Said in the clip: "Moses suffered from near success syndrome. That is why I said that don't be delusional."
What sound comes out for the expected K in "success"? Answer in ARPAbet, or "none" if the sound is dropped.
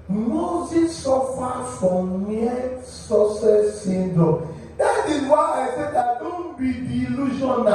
none